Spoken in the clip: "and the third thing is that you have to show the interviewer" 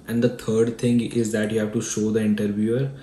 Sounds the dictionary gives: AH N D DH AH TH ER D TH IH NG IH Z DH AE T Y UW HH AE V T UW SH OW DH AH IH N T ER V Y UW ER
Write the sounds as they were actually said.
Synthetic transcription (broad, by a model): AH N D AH T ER D T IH NG IH Z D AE T Y UW HH AE V T UW SH OW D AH IH N T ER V Y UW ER